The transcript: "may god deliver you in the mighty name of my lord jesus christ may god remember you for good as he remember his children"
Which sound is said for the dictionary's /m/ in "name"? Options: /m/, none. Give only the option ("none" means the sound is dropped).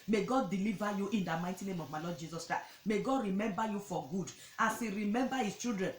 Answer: /m/